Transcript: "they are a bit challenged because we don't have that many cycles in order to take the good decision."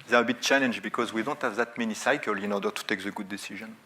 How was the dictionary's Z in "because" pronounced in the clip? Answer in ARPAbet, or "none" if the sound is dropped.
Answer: Z